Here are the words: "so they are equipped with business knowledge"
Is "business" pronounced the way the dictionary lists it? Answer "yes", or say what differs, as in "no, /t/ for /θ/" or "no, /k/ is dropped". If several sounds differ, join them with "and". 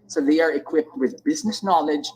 yes